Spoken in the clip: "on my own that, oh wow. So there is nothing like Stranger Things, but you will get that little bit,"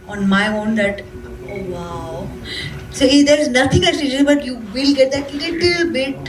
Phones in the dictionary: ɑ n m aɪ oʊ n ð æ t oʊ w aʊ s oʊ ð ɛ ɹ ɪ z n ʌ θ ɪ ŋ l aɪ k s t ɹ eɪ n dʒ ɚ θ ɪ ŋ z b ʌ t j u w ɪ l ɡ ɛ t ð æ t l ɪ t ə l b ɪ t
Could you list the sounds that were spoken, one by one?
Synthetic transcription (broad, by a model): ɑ n m aɪ oʊ n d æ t oʊ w aʊ s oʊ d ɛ ɹ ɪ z n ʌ t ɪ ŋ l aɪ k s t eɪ dʒ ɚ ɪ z b ʌ t j u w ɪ l ɡ ɛ t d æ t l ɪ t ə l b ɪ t